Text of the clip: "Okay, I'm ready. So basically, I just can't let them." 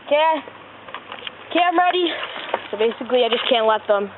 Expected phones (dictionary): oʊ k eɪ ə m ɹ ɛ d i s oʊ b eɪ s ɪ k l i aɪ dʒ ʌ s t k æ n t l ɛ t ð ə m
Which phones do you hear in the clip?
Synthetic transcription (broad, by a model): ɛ k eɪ ə m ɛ d i s oʊ b eɪ s ɪ k l i aɪ dʒ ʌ s k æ n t l ɛ t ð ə m